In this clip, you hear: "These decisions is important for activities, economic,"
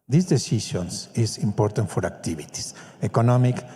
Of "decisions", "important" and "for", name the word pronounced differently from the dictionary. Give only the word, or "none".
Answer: decisions